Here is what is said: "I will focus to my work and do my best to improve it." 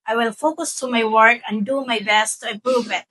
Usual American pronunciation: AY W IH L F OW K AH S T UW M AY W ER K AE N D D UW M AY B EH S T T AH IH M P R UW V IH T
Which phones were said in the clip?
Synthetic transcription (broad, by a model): AY W IH L F OW K AH S T UW M AY W ER K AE N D D UW M AY B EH S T T AH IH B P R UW B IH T